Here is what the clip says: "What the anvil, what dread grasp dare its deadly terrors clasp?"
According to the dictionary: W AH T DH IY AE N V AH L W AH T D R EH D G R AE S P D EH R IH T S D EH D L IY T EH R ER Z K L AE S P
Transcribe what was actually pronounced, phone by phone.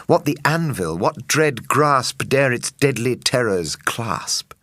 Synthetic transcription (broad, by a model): W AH T DH IY AE N V AH L W AH T D R EH D G R AE S P D EH R IH T S D EH D L IY T EH R ER Z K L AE S P